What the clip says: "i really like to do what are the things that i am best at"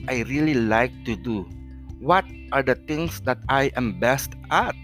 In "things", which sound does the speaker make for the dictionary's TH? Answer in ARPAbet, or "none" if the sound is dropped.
T